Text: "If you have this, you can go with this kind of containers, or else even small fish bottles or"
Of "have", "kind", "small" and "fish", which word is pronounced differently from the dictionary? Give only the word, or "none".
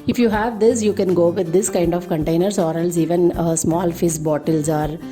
fish